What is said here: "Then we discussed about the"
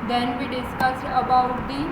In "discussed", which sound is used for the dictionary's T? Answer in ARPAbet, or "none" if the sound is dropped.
T